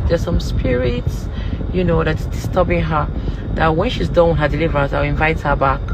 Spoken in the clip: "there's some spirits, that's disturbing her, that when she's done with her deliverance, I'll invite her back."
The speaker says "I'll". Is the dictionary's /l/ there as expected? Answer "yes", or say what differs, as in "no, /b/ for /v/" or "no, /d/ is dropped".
no, /w/ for /l/